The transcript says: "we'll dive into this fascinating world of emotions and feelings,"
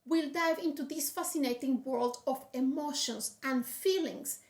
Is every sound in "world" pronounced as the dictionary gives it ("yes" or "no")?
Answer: yes